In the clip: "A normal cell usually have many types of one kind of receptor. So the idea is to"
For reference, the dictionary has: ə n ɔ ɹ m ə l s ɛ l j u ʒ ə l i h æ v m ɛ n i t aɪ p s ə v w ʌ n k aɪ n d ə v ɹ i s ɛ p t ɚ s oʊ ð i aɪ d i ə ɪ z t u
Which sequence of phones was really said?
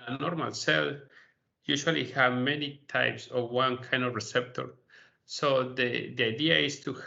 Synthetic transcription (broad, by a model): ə n ɔ ɹ m ə l s ɛ l j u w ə l i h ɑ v m ɛ n i t aɪ p s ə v w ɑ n k aɪ n d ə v ɹ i s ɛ p t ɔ s oʊ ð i aɪ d i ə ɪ s t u